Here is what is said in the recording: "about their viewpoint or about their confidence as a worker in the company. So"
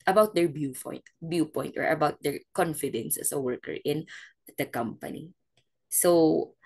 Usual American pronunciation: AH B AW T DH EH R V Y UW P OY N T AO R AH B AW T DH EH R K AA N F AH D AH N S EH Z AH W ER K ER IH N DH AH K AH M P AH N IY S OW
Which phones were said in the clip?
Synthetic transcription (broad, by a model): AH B AW T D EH R B Y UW P OY N T AO R AH B AW T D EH R K AA N F AH D AH N S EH S AH W ER K ER IH N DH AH K AH M P AH N IY S OW